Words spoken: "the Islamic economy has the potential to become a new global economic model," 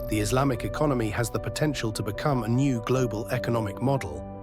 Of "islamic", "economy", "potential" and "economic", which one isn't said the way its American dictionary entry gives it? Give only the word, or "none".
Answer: none